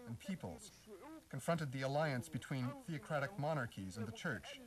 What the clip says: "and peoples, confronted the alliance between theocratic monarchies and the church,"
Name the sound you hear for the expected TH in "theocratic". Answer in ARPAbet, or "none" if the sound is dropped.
TH